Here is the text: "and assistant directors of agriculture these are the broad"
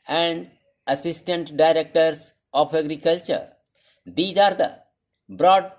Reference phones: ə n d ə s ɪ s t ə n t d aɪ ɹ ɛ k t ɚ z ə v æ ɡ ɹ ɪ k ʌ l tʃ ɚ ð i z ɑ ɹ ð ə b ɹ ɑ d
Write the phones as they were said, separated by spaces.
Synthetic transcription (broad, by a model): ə n d ə s ɪ s t ə n t d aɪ ɹ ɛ k t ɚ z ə p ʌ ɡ ɹ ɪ k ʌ l tʃ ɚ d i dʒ ɑ ɹ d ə b ɹ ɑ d